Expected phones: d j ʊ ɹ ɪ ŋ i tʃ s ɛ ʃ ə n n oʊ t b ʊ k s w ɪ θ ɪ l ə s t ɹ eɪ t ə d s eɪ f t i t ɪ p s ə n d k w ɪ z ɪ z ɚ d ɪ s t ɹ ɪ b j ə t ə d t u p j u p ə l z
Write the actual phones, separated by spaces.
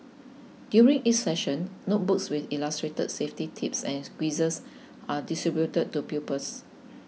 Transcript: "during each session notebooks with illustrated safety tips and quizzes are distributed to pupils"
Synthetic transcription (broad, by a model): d j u ɹ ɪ ŋ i s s ɛ ʃ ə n n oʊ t b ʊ k s w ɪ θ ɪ l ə s t ɹ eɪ t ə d s eɪ f t i t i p s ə n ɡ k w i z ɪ s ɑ d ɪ s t ɹ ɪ b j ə t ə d t u p j u p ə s